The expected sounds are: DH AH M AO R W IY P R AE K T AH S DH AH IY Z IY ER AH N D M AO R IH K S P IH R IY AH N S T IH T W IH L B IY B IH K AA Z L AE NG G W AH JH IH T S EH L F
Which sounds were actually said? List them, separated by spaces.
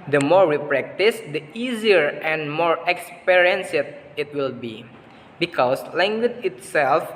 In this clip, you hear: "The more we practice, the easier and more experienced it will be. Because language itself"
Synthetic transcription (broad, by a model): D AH M AO R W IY P R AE K T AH S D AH IY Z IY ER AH N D M AO R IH K S P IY R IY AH N S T IH T W IH L B IY B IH K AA S L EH NG G W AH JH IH T S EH L F